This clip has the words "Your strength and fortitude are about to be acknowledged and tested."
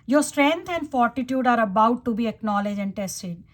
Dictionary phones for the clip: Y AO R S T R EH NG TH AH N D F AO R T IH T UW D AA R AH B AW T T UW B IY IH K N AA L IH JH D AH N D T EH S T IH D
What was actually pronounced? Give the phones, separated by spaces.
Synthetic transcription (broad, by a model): Y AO R S T R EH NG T AH N D F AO R T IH T UW D AA R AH B AW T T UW B IY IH K N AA L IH JH AH N D T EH S T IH D